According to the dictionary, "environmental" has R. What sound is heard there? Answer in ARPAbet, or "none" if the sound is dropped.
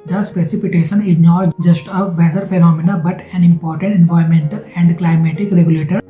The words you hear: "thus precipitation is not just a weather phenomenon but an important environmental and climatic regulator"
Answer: none